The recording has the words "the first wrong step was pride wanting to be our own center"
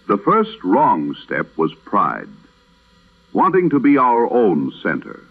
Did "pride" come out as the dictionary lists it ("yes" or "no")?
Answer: yes